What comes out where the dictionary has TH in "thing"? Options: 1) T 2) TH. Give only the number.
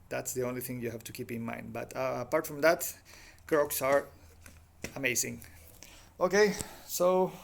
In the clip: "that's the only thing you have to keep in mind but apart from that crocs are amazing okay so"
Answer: 2